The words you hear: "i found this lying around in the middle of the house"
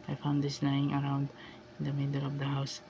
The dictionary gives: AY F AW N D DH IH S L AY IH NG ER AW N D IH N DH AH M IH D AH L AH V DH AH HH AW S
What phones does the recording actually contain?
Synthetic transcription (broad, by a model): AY F AW N D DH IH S N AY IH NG ER AW N D IH N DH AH M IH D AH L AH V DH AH HH AW S